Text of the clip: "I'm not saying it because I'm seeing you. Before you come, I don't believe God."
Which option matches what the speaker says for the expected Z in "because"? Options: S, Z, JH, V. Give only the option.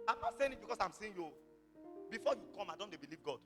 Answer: S